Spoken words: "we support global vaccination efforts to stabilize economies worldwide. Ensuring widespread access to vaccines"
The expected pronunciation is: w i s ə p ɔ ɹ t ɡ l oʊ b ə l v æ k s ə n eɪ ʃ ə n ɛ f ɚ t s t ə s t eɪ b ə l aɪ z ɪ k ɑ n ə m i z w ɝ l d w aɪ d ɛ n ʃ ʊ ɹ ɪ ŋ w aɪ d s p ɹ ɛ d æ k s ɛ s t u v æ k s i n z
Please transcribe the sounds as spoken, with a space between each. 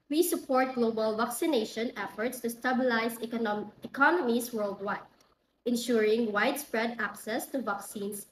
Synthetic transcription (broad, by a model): w i s ə p ɔ ɹ t ɡ l oʊ b ə l v æ k s ə n eɪ ʃ ə n ɛ f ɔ t s t ə s t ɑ b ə l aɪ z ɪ k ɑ n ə m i s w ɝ l d w aɪ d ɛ n ʃ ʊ ɹ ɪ ŋ w aɪ d s p ɹ ɛ d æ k s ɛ s t u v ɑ k s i n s